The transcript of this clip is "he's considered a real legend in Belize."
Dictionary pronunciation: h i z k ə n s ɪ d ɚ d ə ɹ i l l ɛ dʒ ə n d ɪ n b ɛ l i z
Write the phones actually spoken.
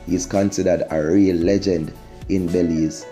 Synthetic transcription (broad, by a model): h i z k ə n s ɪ d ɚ d ə ɹ i l l ɛ dʒ ə n d ɪ n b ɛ l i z